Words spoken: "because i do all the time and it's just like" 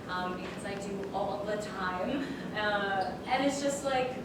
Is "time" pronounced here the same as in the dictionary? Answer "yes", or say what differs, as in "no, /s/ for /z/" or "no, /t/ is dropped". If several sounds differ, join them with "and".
yes